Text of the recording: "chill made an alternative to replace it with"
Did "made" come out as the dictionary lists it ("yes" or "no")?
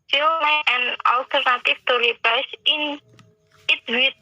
no